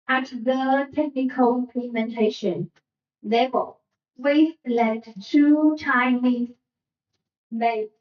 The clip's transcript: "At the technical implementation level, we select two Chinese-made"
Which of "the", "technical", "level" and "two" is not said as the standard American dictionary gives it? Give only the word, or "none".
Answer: level